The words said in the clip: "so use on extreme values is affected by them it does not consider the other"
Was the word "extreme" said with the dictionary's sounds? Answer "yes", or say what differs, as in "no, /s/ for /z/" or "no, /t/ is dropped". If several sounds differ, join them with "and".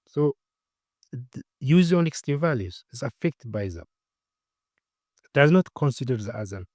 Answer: no, /ɹ/ is dropped